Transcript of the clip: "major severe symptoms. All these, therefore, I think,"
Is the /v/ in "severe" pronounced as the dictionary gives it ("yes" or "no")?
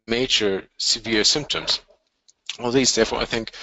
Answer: yes